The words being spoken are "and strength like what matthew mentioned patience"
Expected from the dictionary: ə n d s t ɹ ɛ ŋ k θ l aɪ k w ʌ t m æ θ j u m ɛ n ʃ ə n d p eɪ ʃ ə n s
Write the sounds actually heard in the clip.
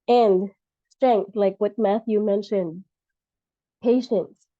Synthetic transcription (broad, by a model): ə n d s t ɹ ɛ ŋ k θ l aɪ k w ʌ t m æ θ j u m ɛ n ʃ ə n d p eɪ ʃ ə n s